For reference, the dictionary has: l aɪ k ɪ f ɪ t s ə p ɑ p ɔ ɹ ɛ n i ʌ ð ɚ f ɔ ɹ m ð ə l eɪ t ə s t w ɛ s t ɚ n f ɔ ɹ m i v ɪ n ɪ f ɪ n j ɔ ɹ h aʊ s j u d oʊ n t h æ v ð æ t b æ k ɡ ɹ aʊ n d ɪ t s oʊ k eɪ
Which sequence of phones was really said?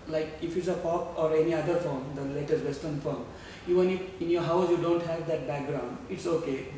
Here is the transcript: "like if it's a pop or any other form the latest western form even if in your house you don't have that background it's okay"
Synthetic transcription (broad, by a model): l aɪ k ɪ f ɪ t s ə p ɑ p ɔ ɹ ɛ n i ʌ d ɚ f ɔ ɹ m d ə l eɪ t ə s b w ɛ s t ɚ n f ɔ ɹ m i v ɪ n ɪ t ɪ n j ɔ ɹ h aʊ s j u d oʊ n t h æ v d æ t b æ k ɡ ɹ aʊ n d ɪ t s oʊ k eɪ